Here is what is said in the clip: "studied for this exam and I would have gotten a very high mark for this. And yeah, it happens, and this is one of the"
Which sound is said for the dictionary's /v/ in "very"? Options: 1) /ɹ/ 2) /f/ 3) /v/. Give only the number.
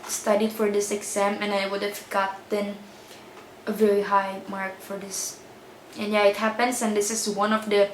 3